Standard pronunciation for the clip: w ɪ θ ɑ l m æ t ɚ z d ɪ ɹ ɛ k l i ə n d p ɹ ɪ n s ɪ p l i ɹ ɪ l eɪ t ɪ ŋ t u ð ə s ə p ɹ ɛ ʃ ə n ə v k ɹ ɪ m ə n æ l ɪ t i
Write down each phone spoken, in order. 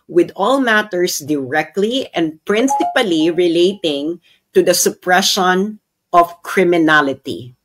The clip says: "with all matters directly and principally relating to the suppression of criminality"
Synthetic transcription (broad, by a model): w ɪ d ɑ l m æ t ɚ s d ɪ ɹ ɛ k l i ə n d p ɹ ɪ n s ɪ p l i ɹ ɪ l eɪ t ɪ ŋ t u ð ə s ə p ɹ ɛ ʃ ə n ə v k ɹ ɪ m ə n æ l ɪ t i